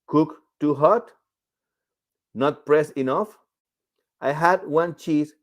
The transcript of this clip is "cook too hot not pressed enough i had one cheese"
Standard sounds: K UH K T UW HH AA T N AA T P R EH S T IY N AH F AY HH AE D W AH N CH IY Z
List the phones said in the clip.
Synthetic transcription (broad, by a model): K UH K T UW HH AA T N AA T P R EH S IY N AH F AY HH AE D W AH N CH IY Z